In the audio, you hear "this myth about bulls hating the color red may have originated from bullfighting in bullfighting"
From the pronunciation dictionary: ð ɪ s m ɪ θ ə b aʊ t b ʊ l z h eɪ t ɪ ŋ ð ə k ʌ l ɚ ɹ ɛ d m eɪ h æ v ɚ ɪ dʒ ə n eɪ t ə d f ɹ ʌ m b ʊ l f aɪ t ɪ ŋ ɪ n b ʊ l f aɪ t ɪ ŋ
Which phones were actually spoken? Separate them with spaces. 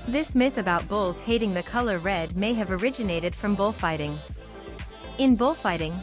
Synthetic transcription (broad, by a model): ð ɪ s m ɪ θ ə b aʊ t b ʊ l z h eɪ t ɪ ŋ ð ə k ʌ l ɚ ɹ ɛ d m eɪ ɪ v ɚ ɪ dʒ ə n eɪ t ə d f ɹ ʌ m b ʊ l f aɪ t ɪ ŋ ɪ n b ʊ l f aɪ t ɪ ŋ